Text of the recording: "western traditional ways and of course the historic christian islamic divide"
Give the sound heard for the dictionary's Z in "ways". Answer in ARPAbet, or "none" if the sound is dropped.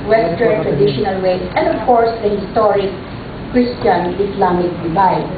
S